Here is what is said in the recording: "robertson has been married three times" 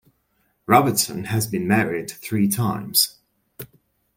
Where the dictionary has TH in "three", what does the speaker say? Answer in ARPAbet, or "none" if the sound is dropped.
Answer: TH